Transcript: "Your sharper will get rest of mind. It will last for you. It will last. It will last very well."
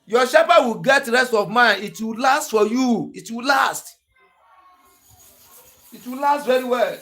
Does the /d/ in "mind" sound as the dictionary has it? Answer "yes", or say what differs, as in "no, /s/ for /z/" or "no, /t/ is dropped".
no, /d/ is dropped